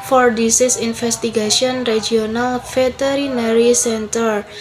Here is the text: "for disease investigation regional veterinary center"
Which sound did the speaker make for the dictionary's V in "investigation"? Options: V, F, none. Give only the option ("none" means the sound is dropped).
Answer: F